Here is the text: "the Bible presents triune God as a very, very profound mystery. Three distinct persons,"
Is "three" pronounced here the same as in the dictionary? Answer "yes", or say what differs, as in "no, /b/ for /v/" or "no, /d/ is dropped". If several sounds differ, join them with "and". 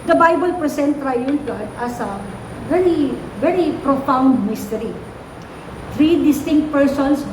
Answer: no, /t/ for /θ/